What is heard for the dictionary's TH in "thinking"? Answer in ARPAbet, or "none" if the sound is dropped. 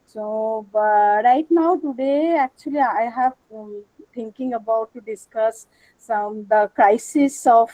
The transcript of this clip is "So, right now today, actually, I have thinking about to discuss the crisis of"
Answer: T